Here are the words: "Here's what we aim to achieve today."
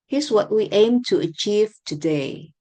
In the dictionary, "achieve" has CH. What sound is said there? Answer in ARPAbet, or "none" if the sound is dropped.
CH